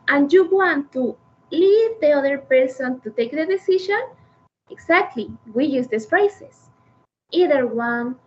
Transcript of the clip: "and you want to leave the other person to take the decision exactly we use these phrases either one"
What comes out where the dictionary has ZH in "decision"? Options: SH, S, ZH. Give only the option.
SH